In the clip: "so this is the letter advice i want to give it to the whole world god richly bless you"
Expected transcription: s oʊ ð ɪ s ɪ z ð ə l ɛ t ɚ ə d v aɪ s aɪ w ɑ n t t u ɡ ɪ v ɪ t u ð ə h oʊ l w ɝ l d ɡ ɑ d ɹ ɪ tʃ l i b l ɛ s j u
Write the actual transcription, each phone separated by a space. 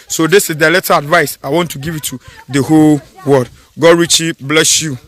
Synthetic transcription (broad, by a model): s oʊ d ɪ s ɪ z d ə l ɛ t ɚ ə d v aɪ s aɪ w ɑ n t t u ɡ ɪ v ɪ t u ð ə h oʊ l w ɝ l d ɡ ɑ d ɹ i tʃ i b l ɛ s j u